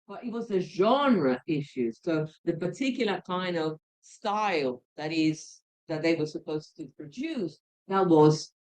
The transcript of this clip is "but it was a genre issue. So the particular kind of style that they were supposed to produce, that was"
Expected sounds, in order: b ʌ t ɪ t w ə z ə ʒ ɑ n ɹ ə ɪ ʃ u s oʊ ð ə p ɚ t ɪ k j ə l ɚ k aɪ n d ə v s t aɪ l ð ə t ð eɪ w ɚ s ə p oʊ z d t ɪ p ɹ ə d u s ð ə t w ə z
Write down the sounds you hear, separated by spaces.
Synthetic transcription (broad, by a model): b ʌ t ɪ t w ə z ə ʒ ɑ n ɹ ə ɪ ʃ u s oʊ ð ə p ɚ t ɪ k j l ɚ k aɪ n d ə v s t aɪ l ð ə t ð eɪ w ɚ s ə p oʊ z t ɪ p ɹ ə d u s ð ə t w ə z